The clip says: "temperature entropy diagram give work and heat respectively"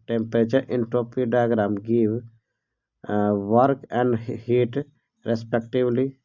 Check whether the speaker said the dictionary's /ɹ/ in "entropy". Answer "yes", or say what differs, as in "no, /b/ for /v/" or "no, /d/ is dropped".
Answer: no, /ɹ/ is dropped